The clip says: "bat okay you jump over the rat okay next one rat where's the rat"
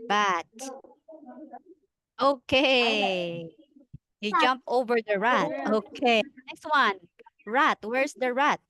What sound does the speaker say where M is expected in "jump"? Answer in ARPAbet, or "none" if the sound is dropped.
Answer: M